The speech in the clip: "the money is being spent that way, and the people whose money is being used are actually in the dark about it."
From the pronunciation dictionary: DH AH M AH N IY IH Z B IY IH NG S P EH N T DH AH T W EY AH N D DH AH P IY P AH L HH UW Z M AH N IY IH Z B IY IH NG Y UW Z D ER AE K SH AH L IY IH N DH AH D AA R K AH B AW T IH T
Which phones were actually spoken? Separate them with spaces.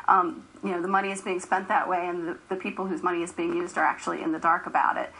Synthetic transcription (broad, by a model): DH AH M AH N IY IH Z B IY IH NG S P EH N DH AH T W EY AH N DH DH AH P IY P L HH UW Z M AH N IY IH Z B IY IH NG Y UW Z D ER AE K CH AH L IY IH N DH AH D AA R K AH B AW T IH T